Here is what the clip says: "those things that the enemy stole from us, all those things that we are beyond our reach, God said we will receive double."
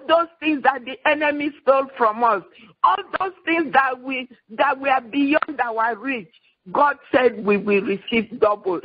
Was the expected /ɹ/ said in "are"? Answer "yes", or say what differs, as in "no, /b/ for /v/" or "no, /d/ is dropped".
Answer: no, /w/ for /ɹ/